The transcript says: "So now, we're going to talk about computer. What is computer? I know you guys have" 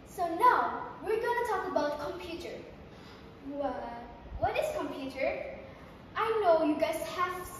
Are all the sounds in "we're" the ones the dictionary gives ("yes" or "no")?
yes